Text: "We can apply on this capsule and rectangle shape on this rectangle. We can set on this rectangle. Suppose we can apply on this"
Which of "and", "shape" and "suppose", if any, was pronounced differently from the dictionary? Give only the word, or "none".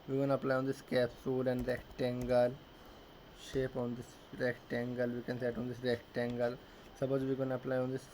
suppose